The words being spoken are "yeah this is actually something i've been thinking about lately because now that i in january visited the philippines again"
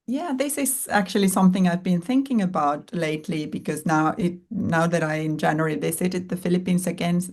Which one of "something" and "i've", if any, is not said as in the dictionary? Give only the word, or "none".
none